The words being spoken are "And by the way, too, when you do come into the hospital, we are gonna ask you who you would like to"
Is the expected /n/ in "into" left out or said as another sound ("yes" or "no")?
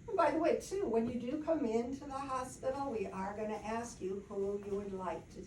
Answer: no